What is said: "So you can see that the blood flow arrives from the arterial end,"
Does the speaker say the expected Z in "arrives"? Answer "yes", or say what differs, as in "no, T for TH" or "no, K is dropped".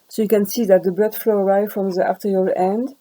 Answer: no, Z is dropped